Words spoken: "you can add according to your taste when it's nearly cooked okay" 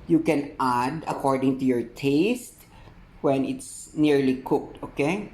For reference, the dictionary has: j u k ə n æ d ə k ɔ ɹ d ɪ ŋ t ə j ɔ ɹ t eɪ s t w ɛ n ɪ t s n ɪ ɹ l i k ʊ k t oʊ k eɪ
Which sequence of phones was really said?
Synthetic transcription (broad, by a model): j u k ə n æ d ə k ɔ ɹ d ɪ ŋ t ə j ɔ ɹ t eɪ s t w ɛ n ɪ t s n ɪ ɹ l i k ʊ k t oʊ k eɪ